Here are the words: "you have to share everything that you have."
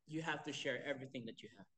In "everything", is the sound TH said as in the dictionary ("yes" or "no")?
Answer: yes